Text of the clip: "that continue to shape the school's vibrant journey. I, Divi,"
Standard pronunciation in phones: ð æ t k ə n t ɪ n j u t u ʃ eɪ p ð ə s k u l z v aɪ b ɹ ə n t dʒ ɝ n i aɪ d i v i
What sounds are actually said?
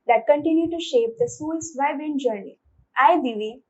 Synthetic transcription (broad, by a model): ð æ t k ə n t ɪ n j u t u ʃ eɪ p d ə s u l s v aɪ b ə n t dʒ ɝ n i aɪ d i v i